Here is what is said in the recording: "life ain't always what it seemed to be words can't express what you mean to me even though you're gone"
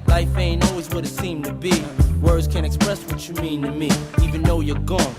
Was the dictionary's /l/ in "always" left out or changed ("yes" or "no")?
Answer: no